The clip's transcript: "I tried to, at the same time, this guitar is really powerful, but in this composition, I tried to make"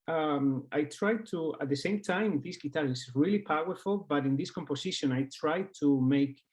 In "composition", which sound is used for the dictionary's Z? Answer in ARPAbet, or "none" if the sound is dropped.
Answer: S